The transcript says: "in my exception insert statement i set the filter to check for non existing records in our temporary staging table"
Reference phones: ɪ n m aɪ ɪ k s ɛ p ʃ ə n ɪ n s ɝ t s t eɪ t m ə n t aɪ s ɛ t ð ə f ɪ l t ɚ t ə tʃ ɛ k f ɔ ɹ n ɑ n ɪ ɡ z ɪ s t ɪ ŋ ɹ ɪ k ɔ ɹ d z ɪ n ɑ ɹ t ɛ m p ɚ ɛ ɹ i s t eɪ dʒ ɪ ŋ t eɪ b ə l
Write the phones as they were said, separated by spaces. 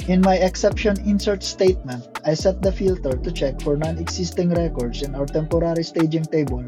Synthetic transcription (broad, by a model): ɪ n m aɪ ɪ k s ɛ p ʃ ə n ɪ n s ɝ t s t eɪ t m ə n t aɪ s ɛ t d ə f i l t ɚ t ə tʃ ɛ k f ɔ ɹ n ɑ n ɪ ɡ s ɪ s t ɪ ŋ ɹ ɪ k ɔ ɹ d s ɪ n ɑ w t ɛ m p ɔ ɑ ɹ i s t eɪ dʒ ɪ ŋ t eɪ b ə l